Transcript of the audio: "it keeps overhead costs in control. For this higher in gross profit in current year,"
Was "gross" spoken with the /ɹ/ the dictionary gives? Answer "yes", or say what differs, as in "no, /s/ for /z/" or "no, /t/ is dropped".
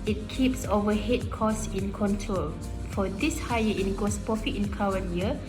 no, /ɹ/ is dropped